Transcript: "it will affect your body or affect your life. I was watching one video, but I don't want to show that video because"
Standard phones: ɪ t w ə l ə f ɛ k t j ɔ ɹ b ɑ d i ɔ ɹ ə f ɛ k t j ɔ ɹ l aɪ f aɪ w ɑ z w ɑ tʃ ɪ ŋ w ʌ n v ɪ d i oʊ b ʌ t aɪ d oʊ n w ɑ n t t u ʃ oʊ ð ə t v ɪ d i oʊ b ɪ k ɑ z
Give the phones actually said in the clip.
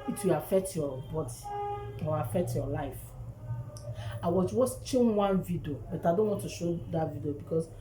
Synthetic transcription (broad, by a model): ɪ t w ə l ə f ɛ k t j ɔ b ɑ d i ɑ w ə f ɛ k t j ɔ l aɪ f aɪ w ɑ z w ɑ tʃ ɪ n w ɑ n v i d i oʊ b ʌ t aɪ d oʊ n w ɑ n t t u ʃ oʊ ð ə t v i d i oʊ b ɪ k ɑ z